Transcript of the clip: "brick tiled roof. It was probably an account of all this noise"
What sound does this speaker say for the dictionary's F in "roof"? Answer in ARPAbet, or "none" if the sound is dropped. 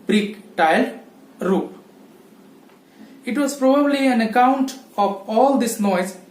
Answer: P